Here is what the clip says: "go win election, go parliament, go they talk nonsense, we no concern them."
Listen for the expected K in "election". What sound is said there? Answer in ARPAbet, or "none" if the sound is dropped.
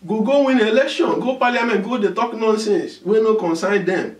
K